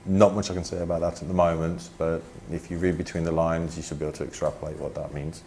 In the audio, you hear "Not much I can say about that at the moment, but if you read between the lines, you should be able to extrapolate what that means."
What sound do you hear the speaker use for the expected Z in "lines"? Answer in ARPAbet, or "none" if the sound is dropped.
Z